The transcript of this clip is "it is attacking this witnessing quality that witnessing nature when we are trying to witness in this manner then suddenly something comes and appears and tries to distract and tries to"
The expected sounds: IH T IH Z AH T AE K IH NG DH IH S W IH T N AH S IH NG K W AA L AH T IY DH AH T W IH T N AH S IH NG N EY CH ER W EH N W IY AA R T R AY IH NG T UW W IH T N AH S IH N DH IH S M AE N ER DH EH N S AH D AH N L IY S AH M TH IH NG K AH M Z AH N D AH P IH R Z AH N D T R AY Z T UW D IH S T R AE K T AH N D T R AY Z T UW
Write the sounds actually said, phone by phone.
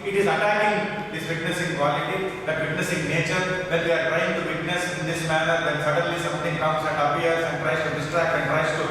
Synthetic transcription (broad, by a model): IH T IH Z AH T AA IH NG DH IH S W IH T N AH S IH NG K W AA L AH T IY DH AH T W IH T N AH S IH NG N EY CH ER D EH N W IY AA R T R AY IH NG T UW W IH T N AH S IH N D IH S M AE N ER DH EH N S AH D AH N L IY S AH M T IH NG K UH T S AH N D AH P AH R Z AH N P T R AY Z T UW D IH S T R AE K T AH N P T R AY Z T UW